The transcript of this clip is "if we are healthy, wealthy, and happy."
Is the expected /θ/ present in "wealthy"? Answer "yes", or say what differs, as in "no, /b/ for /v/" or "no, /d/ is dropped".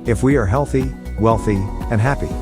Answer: yes